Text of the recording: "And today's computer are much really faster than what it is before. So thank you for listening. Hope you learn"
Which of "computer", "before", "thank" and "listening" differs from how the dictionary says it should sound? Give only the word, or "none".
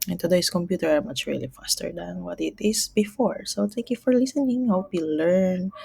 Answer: thank